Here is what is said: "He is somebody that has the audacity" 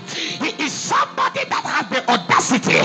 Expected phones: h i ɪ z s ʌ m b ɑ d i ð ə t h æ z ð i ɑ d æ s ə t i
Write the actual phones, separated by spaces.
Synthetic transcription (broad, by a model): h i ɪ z s ʌ m b ɑ d i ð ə t h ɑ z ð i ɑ d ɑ s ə t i